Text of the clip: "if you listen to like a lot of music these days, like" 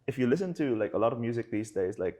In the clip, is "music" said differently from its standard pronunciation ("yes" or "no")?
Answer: no